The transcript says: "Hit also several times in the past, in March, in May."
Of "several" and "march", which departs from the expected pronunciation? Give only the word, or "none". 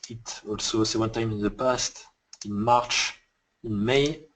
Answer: several